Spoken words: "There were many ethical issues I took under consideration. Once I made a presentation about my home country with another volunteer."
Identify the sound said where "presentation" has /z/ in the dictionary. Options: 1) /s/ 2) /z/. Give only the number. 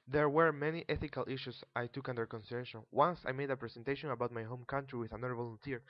1